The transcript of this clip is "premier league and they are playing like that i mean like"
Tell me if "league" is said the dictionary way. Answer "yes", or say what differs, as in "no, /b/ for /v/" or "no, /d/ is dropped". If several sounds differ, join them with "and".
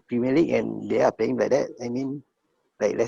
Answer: no, /ɡ/ is dropped